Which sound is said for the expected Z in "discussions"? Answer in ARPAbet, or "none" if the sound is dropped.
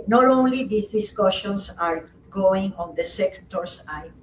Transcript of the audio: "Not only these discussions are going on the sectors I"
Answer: S